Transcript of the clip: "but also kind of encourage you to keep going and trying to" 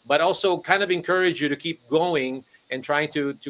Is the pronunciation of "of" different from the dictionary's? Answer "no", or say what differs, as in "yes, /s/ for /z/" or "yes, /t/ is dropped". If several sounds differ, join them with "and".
no